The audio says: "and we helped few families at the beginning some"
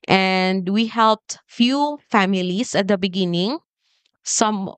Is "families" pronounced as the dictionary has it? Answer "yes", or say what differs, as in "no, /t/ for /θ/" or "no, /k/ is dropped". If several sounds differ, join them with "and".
no, /s/ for /z/